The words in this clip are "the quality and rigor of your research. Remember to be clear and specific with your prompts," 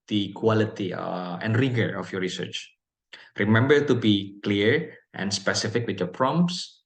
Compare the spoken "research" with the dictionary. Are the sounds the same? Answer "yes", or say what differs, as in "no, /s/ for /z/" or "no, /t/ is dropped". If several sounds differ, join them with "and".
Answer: yes